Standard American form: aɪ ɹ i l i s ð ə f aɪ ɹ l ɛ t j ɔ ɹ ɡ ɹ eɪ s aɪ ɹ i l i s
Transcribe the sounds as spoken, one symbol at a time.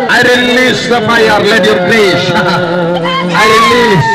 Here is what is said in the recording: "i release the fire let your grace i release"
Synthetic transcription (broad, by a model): aɪ ɹ i l i s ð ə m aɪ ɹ l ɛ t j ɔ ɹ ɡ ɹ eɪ ʃ aɪ ɹ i l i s